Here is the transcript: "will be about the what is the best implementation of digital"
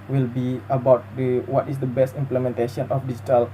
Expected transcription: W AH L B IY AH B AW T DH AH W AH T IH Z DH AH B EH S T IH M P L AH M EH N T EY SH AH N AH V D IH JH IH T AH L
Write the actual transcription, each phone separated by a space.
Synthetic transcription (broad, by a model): W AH L B IY AH B AW T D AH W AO T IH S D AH B EH S T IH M P L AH M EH N T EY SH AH N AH F D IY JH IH T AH L